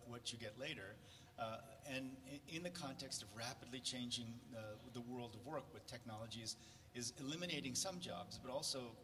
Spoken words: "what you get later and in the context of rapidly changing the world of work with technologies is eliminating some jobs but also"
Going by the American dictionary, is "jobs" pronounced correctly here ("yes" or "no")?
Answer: yes